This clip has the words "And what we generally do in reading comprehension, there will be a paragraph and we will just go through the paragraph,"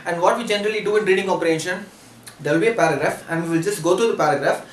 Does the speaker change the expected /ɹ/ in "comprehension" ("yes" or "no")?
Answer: yes